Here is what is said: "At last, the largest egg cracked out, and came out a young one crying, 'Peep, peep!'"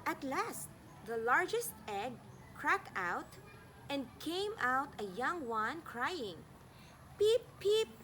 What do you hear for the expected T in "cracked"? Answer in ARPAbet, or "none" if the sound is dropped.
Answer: T